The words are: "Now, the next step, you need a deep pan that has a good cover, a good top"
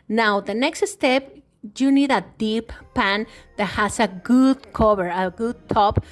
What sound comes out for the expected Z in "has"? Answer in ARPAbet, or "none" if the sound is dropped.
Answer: S